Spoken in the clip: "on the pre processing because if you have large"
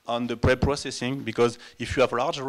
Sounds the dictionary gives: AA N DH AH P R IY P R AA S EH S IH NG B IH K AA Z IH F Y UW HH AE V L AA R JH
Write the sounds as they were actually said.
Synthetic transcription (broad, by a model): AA N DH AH P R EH P R AA S EH S IH NG B IH K AA Z IH F Y UW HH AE V L AA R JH